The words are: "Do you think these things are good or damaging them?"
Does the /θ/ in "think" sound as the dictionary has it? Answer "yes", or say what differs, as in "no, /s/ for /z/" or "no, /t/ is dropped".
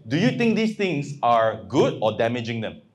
no, /t/ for /θ/